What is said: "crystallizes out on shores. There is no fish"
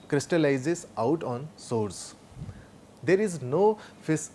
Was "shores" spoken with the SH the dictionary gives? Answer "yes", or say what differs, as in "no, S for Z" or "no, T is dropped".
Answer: no, S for SH